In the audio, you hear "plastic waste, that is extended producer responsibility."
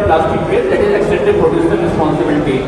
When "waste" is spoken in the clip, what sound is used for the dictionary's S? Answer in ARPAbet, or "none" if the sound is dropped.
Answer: none